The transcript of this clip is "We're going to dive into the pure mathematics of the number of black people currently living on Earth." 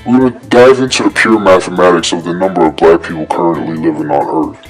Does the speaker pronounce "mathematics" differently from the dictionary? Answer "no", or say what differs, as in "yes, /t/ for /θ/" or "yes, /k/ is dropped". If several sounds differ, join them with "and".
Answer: no